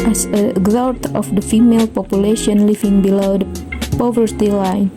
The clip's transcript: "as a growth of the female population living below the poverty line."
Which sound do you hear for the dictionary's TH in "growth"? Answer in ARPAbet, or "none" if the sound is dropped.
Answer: T